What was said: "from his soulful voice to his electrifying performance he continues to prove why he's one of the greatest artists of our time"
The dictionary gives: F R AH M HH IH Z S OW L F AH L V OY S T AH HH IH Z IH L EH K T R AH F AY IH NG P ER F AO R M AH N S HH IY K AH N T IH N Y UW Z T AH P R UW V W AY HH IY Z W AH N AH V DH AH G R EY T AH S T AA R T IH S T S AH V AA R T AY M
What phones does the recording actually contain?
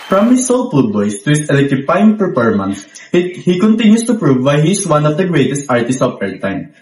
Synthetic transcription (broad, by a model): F R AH M HH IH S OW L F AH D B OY S T AH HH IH S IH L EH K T R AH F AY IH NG P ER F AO R M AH N S HH IY K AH N T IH N Y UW S T AH P R UW V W AY HH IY S W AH N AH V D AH G R EY T AH S T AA R T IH S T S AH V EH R T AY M